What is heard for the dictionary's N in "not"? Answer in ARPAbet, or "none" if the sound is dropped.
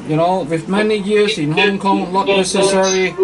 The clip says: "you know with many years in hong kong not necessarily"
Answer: L